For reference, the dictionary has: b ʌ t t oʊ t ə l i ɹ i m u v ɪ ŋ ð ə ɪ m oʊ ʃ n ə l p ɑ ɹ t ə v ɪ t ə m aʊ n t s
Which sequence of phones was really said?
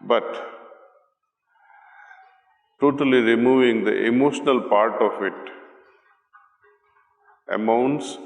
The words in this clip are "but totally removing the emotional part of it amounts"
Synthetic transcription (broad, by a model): b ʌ t t oʊ t ə l i ɹ i m u v ɪ ŋ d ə ɪ m oʊ ʃ n ə l p ɑ ɹ t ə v ɪ t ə m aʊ n t s